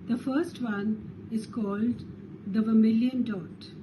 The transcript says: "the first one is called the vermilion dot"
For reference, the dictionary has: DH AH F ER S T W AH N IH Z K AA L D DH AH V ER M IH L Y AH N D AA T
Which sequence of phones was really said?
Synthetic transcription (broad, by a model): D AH F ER S T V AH N IH Z K AA L D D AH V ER M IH L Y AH N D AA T